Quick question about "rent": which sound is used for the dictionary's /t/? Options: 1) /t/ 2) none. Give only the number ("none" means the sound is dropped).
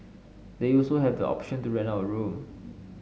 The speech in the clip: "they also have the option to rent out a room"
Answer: 2